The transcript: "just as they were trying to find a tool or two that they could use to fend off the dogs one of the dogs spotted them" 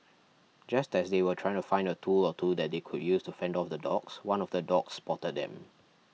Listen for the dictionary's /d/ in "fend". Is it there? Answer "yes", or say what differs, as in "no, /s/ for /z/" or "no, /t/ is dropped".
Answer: yes